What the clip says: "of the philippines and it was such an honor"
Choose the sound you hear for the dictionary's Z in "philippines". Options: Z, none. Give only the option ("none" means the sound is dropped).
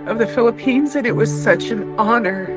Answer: Z